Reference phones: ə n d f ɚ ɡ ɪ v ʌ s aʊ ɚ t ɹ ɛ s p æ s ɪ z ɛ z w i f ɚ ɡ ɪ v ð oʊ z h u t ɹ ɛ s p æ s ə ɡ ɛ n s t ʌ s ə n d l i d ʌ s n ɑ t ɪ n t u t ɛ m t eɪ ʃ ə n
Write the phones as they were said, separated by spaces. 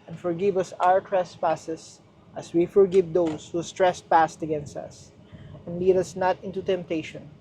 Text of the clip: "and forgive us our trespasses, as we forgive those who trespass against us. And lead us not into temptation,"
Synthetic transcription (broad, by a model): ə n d f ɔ ɡ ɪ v ʌ s aʊ ɚ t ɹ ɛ s p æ s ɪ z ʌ s w i f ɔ ɡ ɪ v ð oʊ s h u t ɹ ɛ s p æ s ə ɡ ɛ n s t ʌ s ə n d l i d ʌ s n ɑ t ɪ n t u t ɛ m t eɪ ʃ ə n